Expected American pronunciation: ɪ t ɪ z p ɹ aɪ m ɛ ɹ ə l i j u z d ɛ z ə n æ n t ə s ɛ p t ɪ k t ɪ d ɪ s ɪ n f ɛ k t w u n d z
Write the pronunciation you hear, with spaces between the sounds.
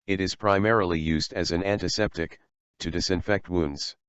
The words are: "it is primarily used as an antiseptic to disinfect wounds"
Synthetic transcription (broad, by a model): ɪ t ɪ z p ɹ aɪ m ɛ ɹ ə l i j u z d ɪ z ə n æ n t ə s ɛ p t ɪ k t ɪ d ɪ s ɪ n f ɛ k t w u n d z